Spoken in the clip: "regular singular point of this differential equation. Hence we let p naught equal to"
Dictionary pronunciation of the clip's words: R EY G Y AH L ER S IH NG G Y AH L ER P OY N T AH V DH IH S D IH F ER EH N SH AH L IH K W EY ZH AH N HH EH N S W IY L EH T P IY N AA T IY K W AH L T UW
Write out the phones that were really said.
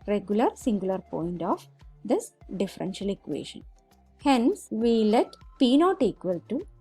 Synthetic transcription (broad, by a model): R EY G Y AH L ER S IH NG G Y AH L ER P OY N T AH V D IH S D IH F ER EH N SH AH L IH K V EY SH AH N HH EH N S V IY L EH T P IY N AA T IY K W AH L T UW